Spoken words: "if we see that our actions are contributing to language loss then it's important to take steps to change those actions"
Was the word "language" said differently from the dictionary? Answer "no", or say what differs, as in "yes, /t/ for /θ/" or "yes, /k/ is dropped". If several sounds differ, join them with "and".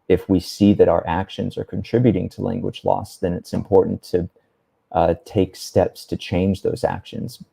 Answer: no